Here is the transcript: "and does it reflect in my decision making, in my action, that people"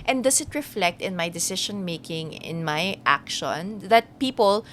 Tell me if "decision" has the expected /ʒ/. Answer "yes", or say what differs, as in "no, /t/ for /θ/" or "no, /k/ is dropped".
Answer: no, /ʃ/ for /ʒ/